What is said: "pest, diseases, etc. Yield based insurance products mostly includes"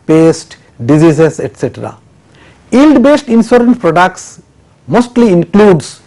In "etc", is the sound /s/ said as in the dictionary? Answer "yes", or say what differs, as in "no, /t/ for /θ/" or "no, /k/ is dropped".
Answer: yes